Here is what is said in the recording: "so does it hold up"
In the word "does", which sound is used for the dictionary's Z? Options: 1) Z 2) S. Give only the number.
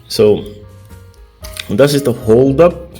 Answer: 2